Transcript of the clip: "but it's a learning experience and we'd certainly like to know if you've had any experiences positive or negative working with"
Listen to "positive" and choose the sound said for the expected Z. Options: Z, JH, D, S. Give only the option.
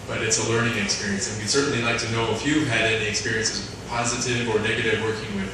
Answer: Z